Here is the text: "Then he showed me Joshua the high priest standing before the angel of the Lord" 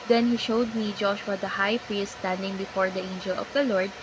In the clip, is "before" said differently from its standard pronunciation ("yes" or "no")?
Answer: no